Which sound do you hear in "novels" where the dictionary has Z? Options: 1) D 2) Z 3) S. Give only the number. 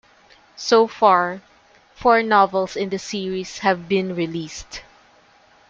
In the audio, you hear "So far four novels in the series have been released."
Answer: 3